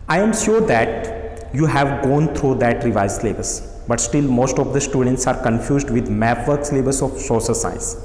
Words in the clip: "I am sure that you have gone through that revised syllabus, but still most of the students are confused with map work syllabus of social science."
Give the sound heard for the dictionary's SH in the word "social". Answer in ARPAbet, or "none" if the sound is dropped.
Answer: S